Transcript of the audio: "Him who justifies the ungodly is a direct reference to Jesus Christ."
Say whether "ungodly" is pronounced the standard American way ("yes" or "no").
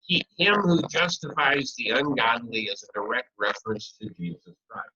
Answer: no